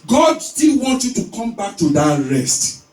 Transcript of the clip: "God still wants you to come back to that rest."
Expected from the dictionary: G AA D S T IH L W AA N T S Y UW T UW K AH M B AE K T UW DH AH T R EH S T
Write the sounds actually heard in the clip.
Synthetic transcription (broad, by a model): G AA D S T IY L W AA N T Y UW T UW K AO M B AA K T UW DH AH T R EH S T